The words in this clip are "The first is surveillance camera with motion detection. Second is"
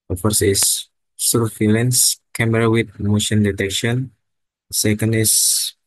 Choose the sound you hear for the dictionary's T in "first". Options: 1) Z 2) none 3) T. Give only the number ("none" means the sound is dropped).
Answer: 2